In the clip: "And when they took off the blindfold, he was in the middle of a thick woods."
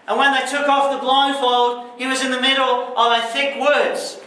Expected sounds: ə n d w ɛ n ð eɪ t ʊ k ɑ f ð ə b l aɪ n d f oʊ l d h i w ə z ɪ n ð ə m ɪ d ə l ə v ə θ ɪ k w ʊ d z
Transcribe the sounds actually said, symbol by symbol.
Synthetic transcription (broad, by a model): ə n w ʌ n ð eɪ t ʊ k ɑ f ð ə b l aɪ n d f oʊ l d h i w ə z ɪ n ð ə m ɪ d l ə v ə θ ɪ k w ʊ d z